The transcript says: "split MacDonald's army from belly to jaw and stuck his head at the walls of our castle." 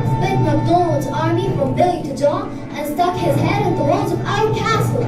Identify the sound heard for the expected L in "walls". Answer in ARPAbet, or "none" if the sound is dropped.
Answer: none